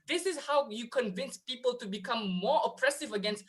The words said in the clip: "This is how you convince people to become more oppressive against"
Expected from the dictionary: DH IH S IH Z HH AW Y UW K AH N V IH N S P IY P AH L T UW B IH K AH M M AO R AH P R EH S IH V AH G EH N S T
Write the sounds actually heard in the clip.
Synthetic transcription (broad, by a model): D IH S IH S HH AW Y UW K AH N V IH N S P IY P AH L T UW B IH K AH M M AO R AH P R EH S IH V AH G EH N S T